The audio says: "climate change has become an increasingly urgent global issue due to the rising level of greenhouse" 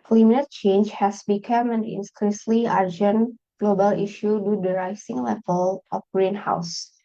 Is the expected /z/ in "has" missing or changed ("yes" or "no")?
yes